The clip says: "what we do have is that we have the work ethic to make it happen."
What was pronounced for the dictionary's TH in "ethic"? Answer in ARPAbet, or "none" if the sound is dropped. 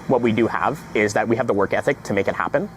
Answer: TH